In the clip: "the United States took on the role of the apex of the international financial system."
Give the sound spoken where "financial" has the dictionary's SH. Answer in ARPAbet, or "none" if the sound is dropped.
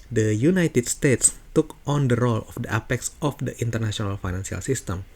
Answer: S